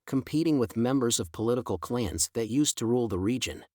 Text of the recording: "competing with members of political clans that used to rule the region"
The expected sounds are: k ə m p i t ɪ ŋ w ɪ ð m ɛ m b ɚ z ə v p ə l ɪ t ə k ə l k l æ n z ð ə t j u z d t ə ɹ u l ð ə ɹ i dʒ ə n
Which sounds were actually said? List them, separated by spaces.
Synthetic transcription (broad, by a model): k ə m p i t ɪ ŋ w ɪ ð m ɛ m b ɚ z ə v p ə l ɪ t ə k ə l k l æ n z ð ə t j u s t ə ɹ u l ð ə ɹ i dʒ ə n